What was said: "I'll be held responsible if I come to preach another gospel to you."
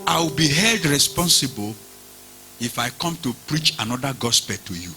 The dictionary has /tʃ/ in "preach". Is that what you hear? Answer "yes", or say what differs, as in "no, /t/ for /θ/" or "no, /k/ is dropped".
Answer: yes